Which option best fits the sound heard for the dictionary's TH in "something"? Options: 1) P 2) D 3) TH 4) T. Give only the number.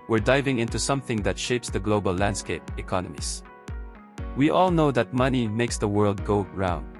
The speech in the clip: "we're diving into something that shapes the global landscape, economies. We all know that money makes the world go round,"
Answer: 3